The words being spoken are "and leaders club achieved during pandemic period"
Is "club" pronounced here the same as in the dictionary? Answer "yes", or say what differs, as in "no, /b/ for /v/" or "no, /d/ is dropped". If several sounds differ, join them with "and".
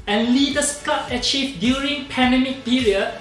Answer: no, /l/ is dropped